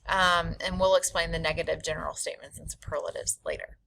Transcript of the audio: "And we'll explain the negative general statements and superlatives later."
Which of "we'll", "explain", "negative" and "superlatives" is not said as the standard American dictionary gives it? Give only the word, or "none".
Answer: none